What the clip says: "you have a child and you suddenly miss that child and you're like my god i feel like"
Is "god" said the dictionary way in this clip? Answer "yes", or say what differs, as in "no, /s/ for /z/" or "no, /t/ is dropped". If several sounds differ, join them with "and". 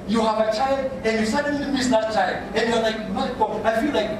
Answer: no, /d/ is dropped